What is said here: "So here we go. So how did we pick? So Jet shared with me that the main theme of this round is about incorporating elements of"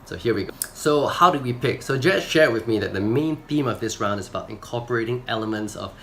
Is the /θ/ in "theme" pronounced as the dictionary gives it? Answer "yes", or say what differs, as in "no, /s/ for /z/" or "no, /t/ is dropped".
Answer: yes